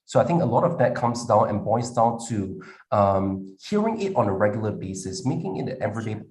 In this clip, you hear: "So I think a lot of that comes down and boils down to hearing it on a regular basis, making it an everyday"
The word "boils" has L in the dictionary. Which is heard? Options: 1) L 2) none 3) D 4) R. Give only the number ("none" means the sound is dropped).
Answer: 2